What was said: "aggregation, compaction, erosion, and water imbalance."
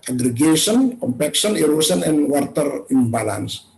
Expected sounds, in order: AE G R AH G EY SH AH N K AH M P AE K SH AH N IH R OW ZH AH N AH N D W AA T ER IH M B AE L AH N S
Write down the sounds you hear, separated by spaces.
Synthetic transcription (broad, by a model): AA G R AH G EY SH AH N K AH M P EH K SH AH N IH R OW S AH N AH N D W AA T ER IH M B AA L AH N S